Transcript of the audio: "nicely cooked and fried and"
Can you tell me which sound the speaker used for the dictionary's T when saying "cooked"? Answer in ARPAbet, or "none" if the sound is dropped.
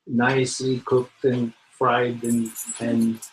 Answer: T